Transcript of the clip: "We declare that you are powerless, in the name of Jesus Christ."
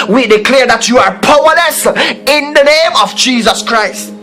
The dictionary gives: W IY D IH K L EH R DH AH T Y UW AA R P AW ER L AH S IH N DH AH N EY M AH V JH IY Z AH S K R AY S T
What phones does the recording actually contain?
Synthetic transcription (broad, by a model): W IY D IH K L EH R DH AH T Y UW AA R P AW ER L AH S IH N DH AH N EY M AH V JH IY Z AH S K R AY S T